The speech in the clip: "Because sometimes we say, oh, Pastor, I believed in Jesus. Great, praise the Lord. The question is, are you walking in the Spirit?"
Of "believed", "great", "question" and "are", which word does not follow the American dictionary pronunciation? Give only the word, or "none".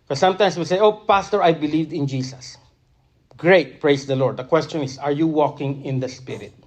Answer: none